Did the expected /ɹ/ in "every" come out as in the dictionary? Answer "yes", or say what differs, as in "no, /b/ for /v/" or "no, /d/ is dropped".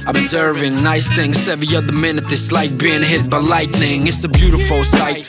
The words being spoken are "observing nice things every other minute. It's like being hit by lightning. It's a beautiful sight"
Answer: no, /ɹ/ is dropped